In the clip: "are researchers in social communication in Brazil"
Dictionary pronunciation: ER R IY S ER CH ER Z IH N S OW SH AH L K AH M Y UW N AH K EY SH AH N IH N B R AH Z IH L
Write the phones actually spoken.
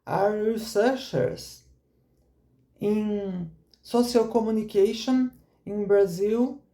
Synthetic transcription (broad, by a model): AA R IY S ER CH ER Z IH N S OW S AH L K AH M Y UW N AH K EY SH AH N IH N B R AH Z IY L